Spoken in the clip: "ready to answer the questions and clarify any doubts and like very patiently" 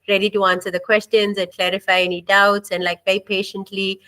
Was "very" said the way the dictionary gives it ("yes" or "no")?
no